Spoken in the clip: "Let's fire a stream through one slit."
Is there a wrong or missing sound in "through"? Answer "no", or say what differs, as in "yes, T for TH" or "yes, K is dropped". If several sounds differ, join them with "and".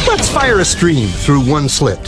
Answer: no